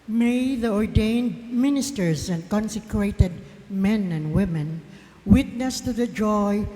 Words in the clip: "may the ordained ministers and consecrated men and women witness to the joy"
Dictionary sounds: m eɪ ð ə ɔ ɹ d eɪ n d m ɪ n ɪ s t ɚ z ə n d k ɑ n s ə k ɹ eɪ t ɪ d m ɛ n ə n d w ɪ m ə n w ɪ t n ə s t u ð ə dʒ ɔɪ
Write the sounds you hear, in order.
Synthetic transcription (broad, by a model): m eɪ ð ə ɔ ɹ d eɪ n d m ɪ n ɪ s t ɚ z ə n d k ɑ n s ə k ɹ eɪ t ɪ d m ɛ n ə n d w ɪ m ə n w ɪ t n ə s t u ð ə dʒ ɔɪ